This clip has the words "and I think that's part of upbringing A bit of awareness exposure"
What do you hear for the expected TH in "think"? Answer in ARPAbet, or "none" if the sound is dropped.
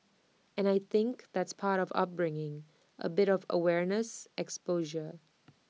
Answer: TH